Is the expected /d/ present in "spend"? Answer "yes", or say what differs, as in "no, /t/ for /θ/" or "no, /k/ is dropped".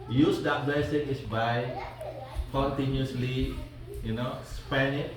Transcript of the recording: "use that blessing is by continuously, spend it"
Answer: no, /d/ is dropped